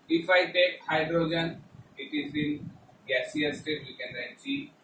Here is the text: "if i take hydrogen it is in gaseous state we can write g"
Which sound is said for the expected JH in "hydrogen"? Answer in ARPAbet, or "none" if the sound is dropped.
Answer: JH